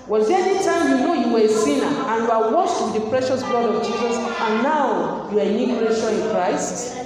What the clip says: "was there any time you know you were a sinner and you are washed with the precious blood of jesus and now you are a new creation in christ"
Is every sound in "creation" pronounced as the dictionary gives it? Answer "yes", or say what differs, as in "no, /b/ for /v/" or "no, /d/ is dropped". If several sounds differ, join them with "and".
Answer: no, /n/ is dropped